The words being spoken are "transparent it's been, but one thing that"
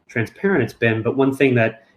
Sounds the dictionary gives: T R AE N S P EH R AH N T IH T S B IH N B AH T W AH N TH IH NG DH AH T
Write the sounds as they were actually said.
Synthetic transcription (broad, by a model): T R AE N S P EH R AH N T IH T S B IH N B AH T W AH N TH IH NG DH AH T